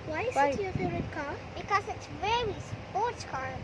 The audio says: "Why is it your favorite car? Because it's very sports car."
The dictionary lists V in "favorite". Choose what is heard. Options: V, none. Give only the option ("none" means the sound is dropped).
none